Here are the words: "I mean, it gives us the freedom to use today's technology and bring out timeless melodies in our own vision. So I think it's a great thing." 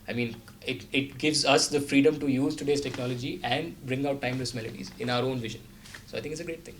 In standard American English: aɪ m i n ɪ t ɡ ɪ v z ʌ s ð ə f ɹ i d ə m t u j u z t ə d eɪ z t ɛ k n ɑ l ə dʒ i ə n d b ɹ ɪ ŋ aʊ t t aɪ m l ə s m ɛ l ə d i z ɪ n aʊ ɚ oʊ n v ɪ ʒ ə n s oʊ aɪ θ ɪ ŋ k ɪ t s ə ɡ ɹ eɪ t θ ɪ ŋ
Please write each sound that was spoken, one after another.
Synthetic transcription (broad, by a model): aɪ m i n ɪ t ɡ ɪ v z ʌ s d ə f ɹ i d ə m t u j u z t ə d eɪ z t ɛ k n ɑ l ə dʒ i ə n d b ɹ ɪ ŋ aʊ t t aɪ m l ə s m ɛ l ə d i z ɪ n aʊ ɚ oʊ n v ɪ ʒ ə n s oʊ aɪ t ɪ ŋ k ɪ t s ə ɡ ɹ eɪ t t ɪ ŋ